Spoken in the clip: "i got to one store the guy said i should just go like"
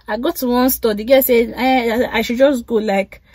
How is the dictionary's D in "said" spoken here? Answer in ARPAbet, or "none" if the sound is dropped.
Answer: none